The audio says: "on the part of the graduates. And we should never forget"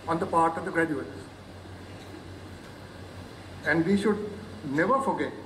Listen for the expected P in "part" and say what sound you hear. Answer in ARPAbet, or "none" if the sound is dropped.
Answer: P